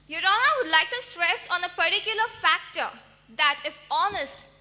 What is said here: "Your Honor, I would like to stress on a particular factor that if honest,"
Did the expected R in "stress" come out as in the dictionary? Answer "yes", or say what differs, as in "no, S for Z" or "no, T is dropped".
yes